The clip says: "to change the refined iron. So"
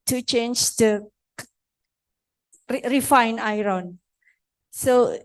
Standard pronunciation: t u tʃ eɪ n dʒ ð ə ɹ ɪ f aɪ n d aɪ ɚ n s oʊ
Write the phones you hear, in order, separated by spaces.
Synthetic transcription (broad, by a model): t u tʃ eɪ n dʒ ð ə ɹ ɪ f aɪ n aɪ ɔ n s oʊ